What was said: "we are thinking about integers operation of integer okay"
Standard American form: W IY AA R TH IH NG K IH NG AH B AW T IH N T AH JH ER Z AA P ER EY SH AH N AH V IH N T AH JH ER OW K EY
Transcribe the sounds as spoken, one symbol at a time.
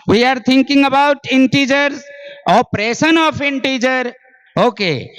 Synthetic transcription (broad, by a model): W IY AA R T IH NG K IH NG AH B AW T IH N T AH JH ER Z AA P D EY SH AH N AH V IH N T AH JH ER OW K EY